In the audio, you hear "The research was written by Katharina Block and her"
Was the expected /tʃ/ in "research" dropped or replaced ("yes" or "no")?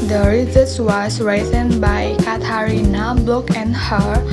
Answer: yes